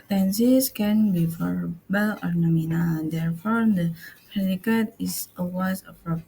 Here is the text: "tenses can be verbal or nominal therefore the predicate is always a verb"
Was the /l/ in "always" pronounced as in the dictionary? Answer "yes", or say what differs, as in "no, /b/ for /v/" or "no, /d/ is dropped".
no, /l/ is dropped